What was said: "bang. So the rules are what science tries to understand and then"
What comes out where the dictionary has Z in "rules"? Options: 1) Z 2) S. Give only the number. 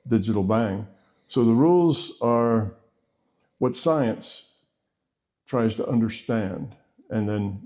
1